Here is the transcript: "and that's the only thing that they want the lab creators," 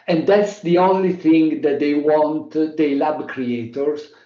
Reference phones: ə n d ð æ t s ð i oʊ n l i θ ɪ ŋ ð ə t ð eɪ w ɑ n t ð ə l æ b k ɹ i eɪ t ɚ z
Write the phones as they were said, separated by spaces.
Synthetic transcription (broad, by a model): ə n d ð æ t s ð i oʊ n l i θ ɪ ŋ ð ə t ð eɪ w ɑ n t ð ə l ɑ b k ɹ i eɪ t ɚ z